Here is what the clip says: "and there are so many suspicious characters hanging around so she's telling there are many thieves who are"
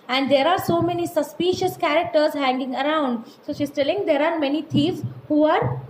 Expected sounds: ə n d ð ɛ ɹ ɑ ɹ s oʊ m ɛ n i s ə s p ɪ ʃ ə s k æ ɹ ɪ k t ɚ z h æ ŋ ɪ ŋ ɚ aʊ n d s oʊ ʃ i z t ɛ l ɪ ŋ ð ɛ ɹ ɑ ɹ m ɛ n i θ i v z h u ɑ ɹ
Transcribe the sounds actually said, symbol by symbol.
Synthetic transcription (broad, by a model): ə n d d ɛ ɹ ɑ ɹ s oʊ m ɛ n i s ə s p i ʃ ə s k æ ɹ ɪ k t ɚ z h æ ŋ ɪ ŋ ɚ aʊ n d s oʊ ʃ i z t ɛ l ɪ ŋ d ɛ ɹ ɑ ɹ m ɛ n i t i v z h u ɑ ɹ